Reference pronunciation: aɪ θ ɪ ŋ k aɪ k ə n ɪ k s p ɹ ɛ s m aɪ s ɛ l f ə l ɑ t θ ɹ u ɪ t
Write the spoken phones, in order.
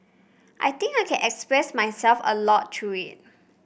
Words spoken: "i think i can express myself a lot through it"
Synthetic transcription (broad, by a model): aɪ t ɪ ŋ k aɪ k ə n ɪ k s p ɹ ɛ s m aɪ s ɛ l f ə l ɑ t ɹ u ɪ t